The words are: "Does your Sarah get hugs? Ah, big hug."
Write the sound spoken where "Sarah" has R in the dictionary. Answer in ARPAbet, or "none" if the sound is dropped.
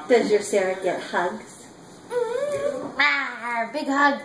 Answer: R